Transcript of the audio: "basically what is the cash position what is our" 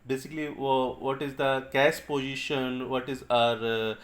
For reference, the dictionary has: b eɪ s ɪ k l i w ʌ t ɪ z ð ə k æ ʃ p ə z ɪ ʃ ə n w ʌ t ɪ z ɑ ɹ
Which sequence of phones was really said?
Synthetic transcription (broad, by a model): b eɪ s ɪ k l i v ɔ t ɪ z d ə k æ s p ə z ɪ ʃ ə n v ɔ t ɪ z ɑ ɹ